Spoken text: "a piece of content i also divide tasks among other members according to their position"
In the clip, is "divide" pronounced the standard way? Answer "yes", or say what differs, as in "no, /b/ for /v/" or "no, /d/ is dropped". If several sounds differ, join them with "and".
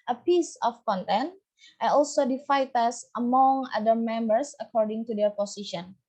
no, /f/ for /v/